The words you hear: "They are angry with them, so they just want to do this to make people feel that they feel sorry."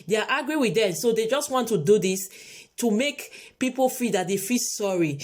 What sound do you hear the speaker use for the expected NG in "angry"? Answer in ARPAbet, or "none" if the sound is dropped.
none